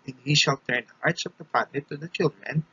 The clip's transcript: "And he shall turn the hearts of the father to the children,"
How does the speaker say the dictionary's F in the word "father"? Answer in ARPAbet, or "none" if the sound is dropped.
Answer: P